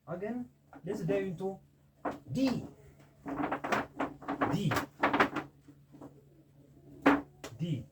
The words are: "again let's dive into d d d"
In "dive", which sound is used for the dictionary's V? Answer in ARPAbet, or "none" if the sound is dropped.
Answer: none